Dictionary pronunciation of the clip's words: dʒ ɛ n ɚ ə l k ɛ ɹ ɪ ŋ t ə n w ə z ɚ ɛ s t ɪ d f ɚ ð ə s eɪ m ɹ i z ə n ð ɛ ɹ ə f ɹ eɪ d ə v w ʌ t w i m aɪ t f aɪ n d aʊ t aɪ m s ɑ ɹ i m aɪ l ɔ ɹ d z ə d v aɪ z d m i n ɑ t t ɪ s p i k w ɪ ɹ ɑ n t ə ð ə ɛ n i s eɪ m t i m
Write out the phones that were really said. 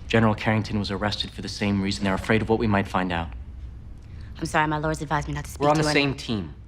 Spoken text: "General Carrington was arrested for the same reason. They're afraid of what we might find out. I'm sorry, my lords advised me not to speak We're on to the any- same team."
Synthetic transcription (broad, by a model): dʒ ɛ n ɚ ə l k ɛ ɹ ɪ ŋ t ə n w ə z ɚ ɛ s t ɪ d f ɚ ð ə s eɪ m ɹ i z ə n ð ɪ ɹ ə f ɹ eɪ d ə v w ʌ t w i m aɪ t f aɪ n d aʊ t aɪ m s ɑ ɹ i m aɪ l ɔ ɹ d z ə d v aɪ z m i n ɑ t t ɪ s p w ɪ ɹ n ð ə s eɪ m t i m